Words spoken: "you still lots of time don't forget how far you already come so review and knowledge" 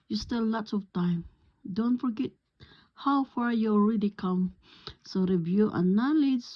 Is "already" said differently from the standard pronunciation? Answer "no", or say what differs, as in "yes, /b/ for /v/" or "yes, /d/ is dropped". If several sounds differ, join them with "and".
no